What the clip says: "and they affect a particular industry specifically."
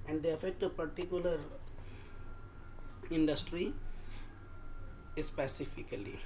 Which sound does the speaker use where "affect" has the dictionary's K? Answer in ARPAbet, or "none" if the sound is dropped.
K